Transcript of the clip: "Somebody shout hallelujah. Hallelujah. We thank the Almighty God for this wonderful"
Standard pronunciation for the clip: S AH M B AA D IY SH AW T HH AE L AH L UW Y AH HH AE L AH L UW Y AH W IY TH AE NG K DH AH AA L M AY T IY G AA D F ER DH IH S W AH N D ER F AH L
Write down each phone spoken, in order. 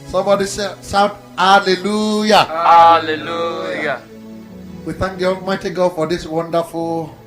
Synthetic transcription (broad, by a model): S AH M B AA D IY S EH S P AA L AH L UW Y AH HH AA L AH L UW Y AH W IY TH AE NG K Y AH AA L M AY T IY G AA F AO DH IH S W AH N D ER F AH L